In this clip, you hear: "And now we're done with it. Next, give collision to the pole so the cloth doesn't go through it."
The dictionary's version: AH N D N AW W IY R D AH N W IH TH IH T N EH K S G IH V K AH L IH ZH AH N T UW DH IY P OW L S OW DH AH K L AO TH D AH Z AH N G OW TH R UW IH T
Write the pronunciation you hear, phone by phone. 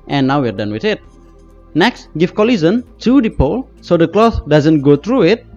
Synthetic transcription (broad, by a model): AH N N AW W IY R D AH N W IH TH IH T N EH K S G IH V K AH L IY Z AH N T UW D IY P OW L S OW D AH K L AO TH D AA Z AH N G OW T R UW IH T